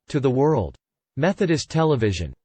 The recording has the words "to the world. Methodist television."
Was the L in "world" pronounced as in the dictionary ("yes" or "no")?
yes